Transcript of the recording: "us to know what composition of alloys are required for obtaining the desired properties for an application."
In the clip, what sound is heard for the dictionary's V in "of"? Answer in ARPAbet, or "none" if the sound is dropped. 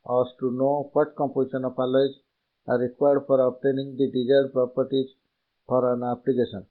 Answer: P